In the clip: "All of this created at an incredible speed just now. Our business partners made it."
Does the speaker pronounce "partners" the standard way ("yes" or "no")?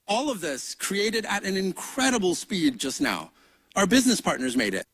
yes